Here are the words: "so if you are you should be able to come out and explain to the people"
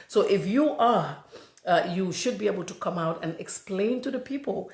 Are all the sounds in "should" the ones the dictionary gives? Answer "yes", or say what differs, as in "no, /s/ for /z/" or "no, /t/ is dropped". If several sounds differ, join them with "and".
yes